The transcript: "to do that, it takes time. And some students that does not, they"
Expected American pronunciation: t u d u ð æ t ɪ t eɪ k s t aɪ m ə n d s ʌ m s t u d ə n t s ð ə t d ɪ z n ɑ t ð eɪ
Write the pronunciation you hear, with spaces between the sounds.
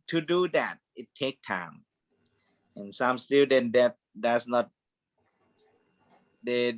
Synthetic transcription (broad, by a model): t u d u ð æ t ɪ t eɪ k t aɪ m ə n s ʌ m s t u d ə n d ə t d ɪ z n ɑ t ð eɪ